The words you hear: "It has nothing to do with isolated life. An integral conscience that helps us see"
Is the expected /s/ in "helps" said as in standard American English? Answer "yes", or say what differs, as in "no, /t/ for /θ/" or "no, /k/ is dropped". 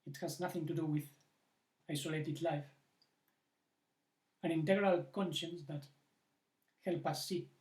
no, /s/ is dropped